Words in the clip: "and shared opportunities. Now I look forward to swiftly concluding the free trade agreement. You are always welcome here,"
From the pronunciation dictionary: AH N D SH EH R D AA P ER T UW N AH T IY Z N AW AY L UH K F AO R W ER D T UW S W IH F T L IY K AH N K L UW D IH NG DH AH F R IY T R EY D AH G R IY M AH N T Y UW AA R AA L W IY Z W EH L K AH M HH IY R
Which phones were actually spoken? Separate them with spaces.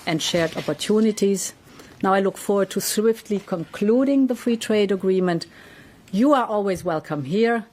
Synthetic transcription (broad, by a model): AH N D SH EH R D AA P ER T UW N AH T IY Z N AW AY L UH K F AO R W ER D T UW S W IH F T L IY K AH N K L UW D IH NG DH AH F R IY T R EY D AH G R IY M AH N T Y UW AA R AA L W IY Z W EH L K AH M HH IY R